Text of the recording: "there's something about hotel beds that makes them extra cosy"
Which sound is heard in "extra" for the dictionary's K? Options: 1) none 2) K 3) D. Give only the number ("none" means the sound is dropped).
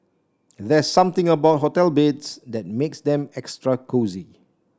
2